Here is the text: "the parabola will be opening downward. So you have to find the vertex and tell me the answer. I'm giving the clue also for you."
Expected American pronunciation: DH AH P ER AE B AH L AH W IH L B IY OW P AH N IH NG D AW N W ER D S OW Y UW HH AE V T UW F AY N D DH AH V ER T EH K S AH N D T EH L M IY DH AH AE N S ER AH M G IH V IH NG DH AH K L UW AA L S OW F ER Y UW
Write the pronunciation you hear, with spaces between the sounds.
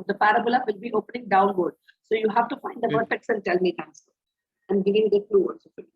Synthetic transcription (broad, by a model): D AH P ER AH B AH L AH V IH L B IY OW P AH N IH NG D AW N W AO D S OW Y UW HH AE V T UW F AY N D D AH P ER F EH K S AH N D T EH L M IY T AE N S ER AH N G IH V IH NG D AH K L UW AA L S OW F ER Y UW